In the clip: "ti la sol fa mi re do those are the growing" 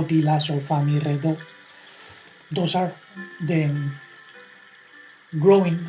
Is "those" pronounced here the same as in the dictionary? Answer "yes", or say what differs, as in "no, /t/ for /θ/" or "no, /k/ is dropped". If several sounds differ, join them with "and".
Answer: no, /s/ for /z/